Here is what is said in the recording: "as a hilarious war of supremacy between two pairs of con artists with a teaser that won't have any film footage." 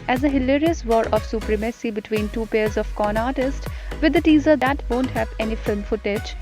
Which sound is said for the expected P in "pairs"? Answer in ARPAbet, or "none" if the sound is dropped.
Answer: P